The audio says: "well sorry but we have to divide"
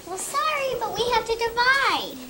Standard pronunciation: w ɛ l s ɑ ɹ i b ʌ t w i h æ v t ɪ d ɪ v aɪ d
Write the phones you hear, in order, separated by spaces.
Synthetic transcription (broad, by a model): w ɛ l s ɑ ɹ i b ʌ t w i h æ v t ɪ d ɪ v aɪ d